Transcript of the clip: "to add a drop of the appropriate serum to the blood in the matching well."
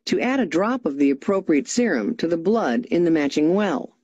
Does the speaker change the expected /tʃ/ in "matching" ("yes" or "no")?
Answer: no